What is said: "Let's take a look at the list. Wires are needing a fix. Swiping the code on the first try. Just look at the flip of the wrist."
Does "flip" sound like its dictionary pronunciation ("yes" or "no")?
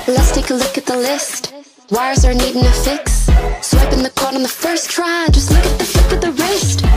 no